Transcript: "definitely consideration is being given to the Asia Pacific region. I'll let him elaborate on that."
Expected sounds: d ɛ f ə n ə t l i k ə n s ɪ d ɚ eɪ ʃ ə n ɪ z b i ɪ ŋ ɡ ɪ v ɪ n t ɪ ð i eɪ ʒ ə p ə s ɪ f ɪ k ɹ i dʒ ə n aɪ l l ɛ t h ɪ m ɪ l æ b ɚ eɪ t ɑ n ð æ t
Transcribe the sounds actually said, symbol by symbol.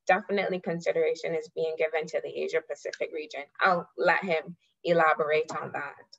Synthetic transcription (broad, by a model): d ɛ f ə n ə t l i k ə n s ɪ d ɚ eɪ ʃ ə n ɪ z b i ɪ ŋ ɡ ɪ v ɪ n t ɪ ð i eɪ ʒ ə p ə s ɪ f ɪ k ɹ i dʒ ə n aɪ l l ɛ t h ɪ m ɪ l æ b ɚ eɪ t n ð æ t